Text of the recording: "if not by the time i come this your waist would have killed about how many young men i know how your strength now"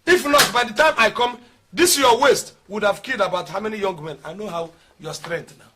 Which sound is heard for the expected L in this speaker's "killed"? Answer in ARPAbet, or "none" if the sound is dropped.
none